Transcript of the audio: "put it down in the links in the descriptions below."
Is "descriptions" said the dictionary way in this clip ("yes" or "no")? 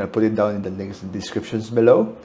no